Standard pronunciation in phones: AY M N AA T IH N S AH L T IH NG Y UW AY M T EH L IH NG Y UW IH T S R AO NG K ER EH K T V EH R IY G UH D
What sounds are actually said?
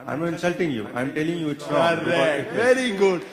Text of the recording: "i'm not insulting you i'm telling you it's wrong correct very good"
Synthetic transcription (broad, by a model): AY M IH N S AH L T IH NG Y UW AY M T EH L IH NG Y UW IH T S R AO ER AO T V EH R IY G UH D